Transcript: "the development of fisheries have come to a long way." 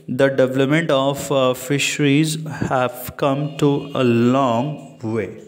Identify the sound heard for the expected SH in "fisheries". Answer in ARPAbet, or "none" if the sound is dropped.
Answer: SH